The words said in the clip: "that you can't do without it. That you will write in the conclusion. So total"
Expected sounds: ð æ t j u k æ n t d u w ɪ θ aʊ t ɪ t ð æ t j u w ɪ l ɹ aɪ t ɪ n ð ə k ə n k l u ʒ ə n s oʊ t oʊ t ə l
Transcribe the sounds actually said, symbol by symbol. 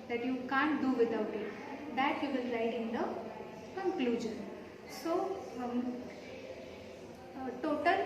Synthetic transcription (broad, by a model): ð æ t j u k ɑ n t d u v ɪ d aʊ t ɪ t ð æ t j u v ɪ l l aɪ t ɪ n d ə k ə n k l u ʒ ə n s oʊ t oʊ t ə l